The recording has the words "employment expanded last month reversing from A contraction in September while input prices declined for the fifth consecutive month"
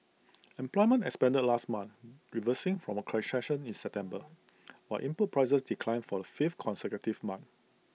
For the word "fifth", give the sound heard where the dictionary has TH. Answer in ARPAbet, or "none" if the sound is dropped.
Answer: T